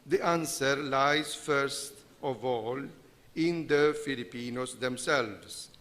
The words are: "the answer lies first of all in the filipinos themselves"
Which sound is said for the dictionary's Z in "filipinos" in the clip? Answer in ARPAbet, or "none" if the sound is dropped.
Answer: S